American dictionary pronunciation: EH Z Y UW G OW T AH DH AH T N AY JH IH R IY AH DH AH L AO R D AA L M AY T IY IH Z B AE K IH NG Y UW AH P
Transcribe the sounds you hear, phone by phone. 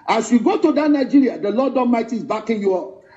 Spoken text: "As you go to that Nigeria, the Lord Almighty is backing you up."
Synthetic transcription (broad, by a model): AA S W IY G OW T AH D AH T N AY JH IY R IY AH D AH L AO D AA M AY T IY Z B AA K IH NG Y UW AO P